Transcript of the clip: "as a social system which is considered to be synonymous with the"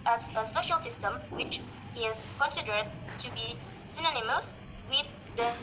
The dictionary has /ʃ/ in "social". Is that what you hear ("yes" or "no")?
yes